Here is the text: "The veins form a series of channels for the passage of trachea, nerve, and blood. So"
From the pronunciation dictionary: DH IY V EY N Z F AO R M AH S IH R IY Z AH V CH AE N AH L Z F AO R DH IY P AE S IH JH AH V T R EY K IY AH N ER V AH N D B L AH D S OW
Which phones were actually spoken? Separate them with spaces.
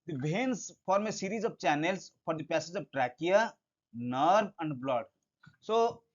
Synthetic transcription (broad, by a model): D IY B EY N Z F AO R M AH S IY R IY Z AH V CH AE N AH L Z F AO R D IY P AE S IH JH AH V T R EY K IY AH N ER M AH N D B L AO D S OW